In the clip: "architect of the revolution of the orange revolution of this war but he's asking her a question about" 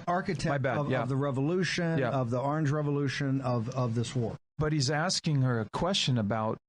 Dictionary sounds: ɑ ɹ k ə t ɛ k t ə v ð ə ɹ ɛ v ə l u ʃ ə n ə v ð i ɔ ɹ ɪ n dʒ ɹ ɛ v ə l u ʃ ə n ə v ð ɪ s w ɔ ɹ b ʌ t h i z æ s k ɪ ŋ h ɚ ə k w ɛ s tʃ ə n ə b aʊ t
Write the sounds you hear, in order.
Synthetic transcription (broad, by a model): ɑ ɹ k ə t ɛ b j ə v ð ə ɹ ɛ v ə l u ʃ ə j ə v ð i ɔ ɹ ɪ n dʒ ɹ ɛ v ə l u ʃ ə n ə v ð ɪ s w ɔ ɹ b ʌ t h i z æ s k ɪ ŋ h ɚ ə k w ɛ s tʃ ə n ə b aʊ t